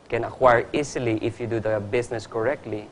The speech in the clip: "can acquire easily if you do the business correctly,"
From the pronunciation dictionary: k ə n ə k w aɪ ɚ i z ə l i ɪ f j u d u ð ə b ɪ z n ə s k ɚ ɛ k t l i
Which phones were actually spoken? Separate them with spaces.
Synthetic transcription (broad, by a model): k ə n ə k w aɪ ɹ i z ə l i ɪ f j u d u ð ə b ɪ s n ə s k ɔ ɛ k t l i